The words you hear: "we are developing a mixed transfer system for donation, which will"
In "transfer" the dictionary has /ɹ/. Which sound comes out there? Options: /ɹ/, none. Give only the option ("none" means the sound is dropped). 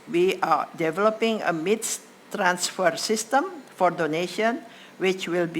/ɹ/